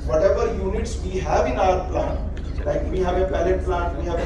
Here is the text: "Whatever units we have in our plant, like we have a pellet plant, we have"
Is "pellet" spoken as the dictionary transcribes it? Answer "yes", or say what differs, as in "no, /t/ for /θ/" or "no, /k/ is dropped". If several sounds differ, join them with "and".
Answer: no, /b/ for /p/